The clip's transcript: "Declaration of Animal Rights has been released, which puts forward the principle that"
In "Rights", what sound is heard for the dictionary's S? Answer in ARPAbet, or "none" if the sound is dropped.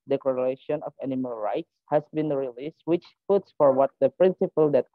S